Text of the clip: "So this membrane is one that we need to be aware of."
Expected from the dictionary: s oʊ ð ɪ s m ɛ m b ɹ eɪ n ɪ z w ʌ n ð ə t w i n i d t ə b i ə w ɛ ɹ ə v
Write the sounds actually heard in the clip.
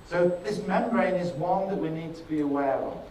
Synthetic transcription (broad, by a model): s oʊ ð ɪ s m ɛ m ɹ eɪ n ɪ z w ʌ n ð ə t w i n i d t ə b i ə w ɛ ɹ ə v